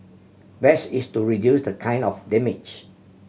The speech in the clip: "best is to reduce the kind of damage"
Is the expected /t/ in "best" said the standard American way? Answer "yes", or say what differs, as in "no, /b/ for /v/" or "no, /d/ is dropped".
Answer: no, /t/ is dropped